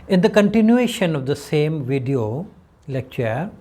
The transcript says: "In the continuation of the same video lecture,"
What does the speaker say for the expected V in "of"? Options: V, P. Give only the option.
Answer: V